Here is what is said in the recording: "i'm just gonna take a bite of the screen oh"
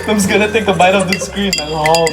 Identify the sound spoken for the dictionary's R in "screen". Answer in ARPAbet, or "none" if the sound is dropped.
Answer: R